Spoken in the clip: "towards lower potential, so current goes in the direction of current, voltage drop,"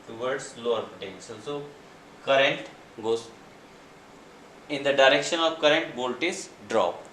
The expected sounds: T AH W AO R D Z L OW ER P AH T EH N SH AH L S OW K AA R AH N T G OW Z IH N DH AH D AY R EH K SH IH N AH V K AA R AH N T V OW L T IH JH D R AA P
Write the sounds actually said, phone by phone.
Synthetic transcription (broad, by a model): T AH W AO R D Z L OW ER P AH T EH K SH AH N S OW K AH R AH N T G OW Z IH N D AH D AY R EH K SH IH N AH V K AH R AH N T B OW L T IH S D R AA P